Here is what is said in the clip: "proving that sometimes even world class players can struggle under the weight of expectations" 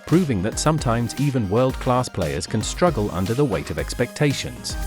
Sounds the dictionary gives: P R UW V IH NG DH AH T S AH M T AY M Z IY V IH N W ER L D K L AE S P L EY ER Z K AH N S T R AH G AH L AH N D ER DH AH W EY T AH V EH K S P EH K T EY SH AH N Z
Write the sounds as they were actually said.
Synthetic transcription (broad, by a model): P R UW V IH NG DH AH T S AH M T AY M Z IY V IH N W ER L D K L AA S P L EY ER Z K AH N S T R AH G AH L AH N D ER DH AH W EY T AH V EH K S P EH K T EY SH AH N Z